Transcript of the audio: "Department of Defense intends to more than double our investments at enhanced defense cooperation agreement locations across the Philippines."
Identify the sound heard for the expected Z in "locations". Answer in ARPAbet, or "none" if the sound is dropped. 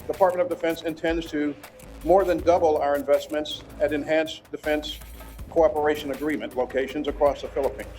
Z